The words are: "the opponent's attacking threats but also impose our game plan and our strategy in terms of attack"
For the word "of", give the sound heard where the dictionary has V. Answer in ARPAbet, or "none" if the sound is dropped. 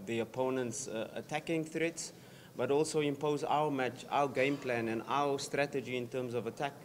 V